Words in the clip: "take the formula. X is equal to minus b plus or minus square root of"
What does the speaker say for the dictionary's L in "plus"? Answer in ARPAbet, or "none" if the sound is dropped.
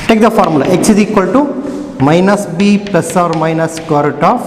none